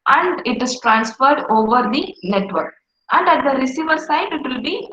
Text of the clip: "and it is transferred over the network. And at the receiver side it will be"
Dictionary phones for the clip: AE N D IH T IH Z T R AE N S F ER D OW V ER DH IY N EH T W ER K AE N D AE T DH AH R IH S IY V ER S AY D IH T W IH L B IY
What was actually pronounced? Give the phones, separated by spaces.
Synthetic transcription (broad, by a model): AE N D IH T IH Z T R AE N S F ER D OW V ER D IY N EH T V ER K AE N D AE T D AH R IH S IY V ER S AY D IH T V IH L B IY